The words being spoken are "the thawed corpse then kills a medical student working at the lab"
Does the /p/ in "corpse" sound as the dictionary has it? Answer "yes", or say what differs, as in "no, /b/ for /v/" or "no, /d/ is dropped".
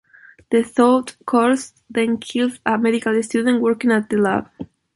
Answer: no, /p/ is dropped